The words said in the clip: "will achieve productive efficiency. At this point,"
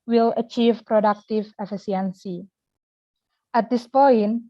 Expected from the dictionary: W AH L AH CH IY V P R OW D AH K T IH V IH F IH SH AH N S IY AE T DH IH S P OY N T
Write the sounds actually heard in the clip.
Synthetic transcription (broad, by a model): W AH L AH CH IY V P R OW D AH K T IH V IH F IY S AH N S IY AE T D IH S P OY N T